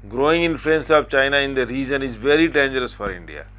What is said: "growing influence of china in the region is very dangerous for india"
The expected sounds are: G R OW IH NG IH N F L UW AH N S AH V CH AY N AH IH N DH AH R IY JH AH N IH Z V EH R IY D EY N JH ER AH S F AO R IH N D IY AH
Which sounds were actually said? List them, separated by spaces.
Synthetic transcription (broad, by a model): G R OW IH NG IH N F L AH N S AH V CH AY N AH IH N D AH R IY Z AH N IH Z V EH R IY D EY N JH ER AH S F AO R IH N D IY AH